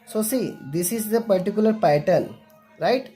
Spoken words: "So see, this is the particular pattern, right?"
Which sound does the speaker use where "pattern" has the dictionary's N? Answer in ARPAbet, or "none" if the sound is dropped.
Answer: L